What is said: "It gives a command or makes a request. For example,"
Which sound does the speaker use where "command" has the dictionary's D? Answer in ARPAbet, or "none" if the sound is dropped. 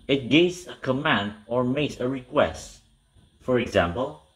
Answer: D